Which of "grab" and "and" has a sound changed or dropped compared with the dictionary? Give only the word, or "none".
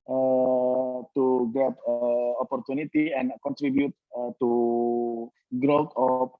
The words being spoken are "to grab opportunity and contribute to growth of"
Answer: grab